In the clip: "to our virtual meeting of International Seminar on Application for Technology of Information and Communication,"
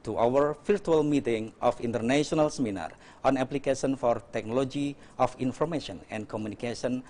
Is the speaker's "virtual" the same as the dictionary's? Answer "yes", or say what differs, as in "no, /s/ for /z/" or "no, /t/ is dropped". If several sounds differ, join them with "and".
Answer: no, /f/ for /v/